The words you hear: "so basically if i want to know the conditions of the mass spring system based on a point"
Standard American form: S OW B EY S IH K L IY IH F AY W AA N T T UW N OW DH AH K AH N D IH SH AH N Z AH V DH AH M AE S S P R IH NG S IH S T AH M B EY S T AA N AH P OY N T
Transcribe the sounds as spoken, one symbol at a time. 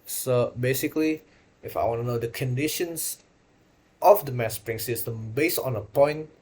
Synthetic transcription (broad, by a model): S OW B EY S IH K L IY IH F AY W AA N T T UW N OW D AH K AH N D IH SH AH N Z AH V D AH M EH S S P R IH NG S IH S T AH M B EY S AA N AH P OY N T